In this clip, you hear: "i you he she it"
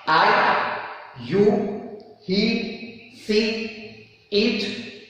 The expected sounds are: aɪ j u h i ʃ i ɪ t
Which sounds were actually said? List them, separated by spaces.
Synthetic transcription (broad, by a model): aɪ j u h i s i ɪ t